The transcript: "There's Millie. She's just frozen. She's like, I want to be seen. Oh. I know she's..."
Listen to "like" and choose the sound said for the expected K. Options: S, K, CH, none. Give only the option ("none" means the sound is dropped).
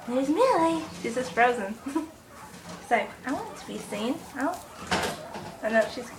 none